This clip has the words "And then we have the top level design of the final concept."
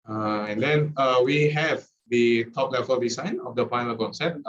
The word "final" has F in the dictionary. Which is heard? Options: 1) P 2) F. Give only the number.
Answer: 1